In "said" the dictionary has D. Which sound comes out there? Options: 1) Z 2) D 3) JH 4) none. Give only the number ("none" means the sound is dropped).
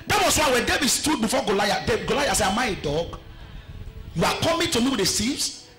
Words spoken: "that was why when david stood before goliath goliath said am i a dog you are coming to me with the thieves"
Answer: 4